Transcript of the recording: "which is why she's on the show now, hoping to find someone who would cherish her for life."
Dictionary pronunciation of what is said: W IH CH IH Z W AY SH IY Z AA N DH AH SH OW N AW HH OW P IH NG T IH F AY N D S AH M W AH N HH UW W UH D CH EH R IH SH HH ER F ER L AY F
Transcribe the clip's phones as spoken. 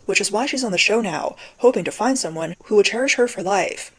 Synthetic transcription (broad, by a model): W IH CH IH Z W AY SH IY Z N DH AH SH OW N AW HH OW P IH NG T IH F AY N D S AH M W AH N HH UW W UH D CH EH R IH SH HH ER F ER L AY F